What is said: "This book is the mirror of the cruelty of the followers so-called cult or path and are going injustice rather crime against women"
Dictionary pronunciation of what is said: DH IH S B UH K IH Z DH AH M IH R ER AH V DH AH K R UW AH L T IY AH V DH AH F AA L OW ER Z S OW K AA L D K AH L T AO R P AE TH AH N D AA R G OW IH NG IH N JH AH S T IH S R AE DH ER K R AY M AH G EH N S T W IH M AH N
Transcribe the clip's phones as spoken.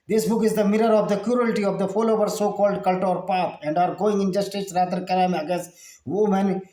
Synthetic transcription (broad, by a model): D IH S B UH K IH Z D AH M IH R ER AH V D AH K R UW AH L T IY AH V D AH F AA L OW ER S OW K AA L D K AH L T AO R P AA T AH N D AA R G OW IH NG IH N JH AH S T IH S R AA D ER K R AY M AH G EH S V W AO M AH N